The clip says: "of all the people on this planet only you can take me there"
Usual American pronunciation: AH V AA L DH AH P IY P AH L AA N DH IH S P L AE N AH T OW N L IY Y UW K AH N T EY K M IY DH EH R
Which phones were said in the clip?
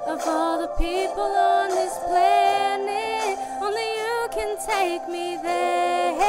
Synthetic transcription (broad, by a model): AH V AA L DH AH P IY P AH L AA N DH IH S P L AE N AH OW N L IY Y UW K AH N T EY K M IY DH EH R